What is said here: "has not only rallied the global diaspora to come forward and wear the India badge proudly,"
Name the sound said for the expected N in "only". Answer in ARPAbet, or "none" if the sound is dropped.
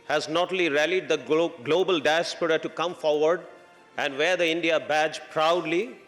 none